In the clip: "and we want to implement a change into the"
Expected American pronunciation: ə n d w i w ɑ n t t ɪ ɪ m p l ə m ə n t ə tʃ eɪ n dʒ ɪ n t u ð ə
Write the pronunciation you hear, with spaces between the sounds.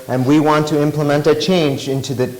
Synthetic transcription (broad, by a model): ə n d w i w ɑ n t t ɪ ɪ m p l ə m ə n t ə tʃ eɪ n dʒ ɪ n t u ð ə